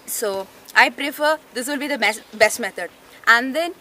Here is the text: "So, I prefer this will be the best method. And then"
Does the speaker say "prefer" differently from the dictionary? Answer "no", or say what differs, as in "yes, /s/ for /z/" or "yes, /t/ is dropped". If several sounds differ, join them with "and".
no